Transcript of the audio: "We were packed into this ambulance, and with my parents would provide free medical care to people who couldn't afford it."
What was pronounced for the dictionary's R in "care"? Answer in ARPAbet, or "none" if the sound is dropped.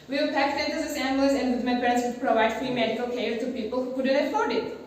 L